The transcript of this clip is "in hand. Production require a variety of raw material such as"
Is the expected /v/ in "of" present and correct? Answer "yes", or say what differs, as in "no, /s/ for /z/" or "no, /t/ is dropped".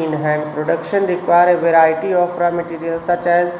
no, /p/ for /v/